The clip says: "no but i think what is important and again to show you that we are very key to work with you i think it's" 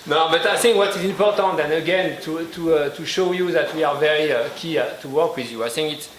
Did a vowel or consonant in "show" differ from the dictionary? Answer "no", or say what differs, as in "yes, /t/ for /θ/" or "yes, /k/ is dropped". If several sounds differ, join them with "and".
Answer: no